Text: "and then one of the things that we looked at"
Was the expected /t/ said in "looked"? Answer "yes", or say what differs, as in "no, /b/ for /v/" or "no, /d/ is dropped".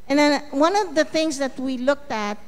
yes